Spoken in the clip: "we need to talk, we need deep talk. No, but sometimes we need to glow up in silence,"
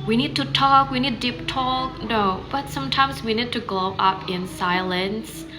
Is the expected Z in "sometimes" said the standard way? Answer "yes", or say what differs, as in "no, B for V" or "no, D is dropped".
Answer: yes